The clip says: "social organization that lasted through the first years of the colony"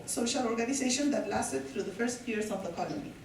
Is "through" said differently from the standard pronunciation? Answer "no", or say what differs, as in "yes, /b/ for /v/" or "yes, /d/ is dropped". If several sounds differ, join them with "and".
yes, /t/ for /θ/